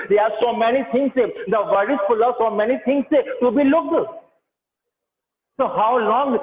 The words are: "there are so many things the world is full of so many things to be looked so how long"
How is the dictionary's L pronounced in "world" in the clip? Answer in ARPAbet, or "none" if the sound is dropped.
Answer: none